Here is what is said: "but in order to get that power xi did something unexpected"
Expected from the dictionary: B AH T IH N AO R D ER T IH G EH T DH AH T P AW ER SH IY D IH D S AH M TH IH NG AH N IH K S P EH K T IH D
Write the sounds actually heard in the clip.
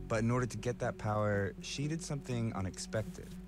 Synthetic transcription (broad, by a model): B AH T IH N AO R D ER T IH G EH T DH AH T P AW ER SH IY D IH D S AH M TH IH NG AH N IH K S P EH K T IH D